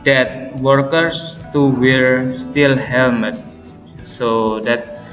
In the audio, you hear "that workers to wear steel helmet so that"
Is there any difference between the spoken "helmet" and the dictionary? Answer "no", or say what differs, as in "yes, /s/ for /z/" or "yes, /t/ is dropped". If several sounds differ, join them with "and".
yes, /l/ is dropped